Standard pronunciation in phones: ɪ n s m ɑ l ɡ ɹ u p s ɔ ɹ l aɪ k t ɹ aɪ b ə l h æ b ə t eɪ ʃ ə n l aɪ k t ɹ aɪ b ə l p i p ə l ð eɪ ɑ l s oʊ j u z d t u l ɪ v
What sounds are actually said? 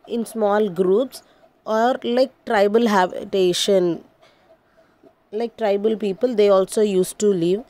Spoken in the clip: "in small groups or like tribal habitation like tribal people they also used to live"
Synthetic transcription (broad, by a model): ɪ n s m ɑ l ɡ ɹ u p s ɔ ɹ l aɪ k t ɹ aɪ b ə l h æ b ə t eɪ ʃ ə n l aɪ k t ɹ aɪ b ə l p i p ə l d eɪ ɑ l s oʊ j u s t u l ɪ v